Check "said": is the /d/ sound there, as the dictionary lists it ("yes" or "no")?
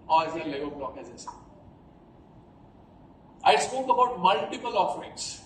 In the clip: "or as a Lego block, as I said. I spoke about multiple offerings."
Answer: no